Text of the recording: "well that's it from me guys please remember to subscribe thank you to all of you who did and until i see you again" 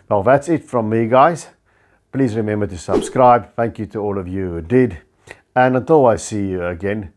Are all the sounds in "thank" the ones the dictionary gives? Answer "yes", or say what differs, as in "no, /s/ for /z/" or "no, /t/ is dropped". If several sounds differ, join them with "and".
yes